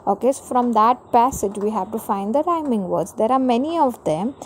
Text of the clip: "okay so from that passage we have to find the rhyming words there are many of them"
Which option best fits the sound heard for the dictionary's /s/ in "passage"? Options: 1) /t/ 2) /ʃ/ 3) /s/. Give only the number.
3